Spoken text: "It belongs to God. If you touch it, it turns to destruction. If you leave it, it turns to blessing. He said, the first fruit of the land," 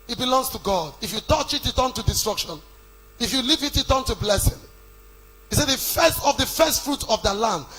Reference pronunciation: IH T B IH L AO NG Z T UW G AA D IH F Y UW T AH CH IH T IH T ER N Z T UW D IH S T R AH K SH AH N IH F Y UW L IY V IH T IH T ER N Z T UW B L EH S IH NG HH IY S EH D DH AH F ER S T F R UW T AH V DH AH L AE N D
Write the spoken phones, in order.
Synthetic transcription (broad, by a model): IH T B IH L AO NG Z T UW G AA D IH F Y UW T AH CH IH T IH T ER N T UW D IH S T R AH K SH AH N IH F Y UW L IY V IH T IH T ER N T UW B L EH S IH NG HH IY S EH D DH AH F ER S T F R UW T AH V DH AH L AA N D